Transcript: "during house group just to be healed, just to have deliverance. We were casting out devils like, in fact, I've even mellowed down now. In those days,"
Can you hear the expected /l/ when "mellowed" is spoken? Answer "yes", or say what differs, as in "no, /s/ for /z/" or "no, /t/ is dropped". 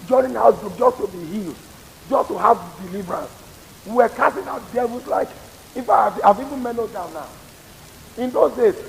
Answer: no, /n/ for /l/